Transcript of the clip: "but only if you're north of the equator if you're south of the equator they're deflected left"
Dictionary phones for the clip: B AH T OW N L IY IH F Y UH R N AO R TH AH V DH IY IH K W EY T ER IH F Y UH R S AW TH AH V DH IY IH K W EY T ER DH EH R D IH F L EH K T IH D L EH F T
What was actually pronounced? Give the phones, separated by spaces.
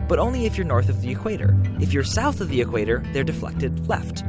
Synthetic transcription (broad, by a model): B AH T OW N L IY IH F Y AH R N AO R TH AH V DH IY IH K W EY T ER IH F Y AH R S AW TH AH V DH IY IH K W EY T ER DH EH R D IH F L EH K T IH D L EH F T